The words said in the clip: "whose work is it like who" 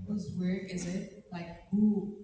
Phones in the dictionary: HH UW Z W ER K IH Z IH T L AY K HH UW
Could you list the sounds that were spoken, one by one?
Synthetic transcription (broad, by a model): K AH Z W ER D IH Z IH T L AY K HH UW